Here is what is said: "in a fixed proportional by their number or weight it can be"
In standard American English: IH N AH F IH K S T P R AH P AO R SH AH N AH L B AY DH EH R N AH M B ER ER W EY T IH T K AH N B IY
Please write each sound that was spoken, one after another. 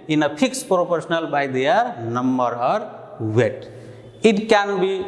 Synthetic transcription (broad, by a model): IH N AH P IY K S P R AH P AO R S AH N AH L B AY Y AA R N AH M B ER ER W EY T IH T K AH N B IY